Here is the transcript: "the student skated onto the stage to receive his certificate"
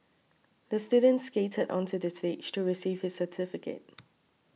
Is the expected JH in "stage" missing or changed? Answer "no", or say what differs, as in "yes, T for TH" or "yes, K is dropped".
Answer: yes, CH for JH